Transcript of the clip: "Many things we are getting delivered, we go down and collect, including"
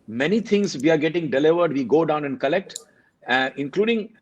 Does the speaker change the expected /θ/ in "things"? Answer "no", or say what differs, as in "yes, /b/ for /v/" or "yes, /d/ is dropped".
yes, /t/ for /θ/